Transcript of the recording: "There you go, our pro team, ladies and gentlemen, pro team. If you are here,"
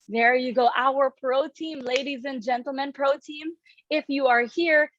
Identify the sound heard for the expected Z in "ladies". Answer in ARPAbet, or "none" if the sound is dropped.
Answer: Z